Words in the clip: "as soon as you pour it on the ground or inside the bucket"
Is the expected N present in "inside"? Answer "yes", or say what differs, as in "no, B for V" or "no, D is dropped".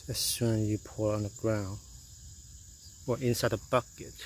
yes